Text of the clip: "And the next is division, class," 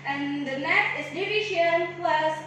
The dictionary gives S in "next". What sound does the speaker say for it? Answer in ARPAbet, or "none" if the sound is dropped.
none